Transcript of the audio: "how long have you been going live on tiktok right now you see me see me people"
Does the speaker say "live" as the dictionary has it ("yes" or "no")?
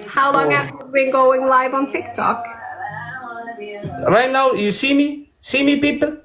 yes